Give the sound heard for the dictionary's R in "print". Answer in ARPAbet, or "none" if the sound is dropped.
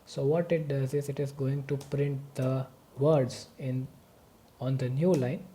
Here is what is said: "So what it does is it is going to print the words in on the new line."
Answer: R